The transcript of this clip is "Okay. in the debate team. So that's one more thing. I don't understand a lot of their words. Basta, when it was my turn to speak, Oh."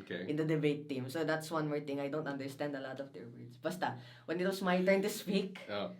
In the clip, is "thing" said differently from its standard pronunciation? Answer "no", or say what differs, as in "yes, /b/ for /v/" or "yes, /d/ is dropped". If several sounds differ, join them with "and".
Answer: yes, /t/ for /θ/